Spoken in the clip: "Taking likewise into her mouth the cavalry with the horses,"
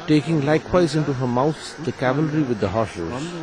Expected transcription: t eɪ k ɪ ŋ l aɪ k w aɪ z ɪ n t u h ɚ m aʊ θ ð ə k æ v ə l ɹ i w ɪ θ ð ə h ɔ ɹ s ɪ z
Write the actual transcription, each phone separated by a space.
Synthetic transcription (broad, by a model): t eɪ k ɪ ŋ l aɪ k w aɪ z ɪ n t u h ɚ m aʊ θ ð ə k æ v ə l ɹ i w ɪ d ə h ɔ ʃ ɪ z